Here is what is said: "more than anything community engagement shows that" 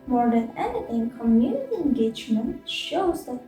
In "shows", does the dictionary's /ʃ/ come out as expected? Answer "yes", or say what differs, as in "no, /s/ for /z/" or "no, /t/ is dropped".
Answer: yes